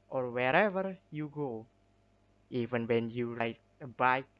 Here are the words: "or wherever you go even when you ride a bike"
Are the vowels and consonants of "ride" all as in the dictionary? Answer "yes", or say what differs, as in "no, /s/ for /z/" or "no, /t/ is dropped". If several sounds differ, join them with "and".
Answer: no, /l/ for /ɹ/